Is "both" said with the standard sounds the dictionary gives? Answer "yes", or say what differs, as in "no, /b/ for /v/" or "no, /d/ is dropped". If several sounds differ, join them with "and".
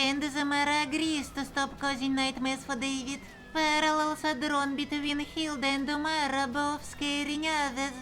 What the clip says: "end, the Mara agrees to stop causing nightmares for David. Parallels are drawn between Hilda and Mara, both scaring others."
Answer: no, /f/ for /θ/